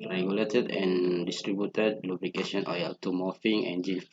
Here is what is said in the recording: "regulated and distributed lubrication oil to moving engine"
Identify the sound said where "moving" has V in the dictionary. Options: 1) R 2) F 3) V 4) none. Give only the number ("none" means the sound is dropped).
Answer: 2